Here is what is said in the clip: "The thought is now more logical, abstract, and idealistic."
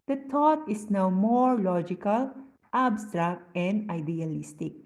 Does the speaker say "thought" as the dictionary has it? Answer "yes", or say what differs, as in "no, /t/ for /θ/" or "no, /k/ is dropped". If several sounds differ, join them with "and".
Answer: no, /t/ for /θ/